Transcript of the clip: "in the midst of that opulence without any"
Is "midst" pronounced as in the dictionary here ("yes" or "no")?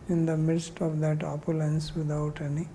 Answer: yes